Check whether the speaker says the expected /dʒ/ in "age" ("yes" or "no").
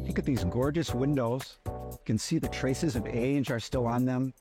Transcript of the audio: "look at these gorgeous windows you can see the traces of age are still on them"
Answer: yes